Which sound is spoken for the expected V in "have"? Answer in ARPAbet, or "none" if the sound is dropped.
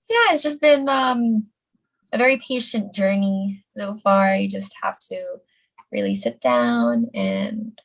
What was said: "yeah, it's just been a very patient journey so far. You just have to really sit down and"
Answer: F